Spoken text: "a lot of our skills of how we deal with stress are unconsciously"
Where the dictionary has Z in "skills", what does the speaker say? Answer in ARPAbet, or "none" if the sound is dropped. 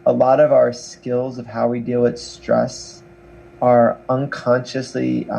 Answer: Z